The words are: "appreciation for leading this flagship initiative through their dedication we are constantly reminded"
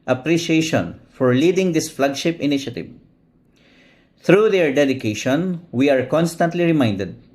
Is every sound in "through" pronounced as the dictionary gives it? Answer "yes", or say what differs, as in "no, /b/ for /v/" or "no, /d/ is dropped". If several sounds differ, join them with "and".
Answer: no, /t/ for /θ/